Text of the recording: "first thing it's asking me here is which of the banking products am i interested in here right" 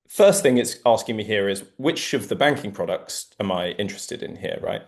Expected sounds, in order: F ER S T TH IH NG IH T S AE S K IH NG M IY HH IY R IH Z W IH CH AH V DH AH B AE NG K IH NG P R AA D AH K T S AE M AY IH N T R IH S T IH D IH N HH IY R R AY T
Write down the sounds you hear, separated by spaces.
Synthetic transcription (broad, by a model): F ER S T TH IH NG IH T S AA S K IH NG M IY HH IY R IH Z W IH CH AH V DH AH B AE NG K IH NG P R AA D AH K T S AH M AY IH N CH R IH S T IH D IH N HH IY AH R AY T